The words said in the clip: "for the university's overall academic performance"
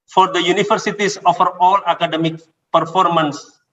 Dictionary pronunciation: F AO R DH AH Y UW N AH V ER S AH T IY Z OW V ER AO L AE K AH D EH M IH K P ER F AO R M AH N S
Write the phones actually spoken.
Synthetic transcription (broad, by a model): F AO R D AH Y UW N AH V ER S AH T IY S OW F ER AO L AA K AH D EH M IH K P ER F AO R M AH N S